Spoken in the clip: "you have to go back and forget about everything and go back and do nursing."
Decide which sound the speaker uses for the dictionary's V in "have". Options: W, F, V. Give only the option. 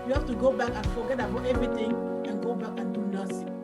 F